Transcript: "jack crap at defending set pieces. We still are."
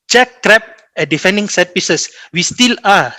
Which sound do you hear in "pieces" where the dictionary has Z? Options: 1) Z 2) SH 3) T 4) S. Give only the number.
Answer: 4